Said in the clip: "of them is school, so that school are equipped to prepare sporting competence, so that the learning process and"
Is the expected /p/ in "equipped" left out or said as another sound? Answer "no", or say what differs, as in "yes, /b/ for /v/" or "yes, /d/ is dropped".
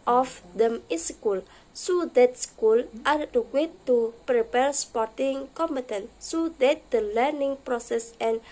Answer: yes, /p/ is dropped